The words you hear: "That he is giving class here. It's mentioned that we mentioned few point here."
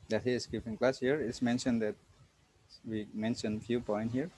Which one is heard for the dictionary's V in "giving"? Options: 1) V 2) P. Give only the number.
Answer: 2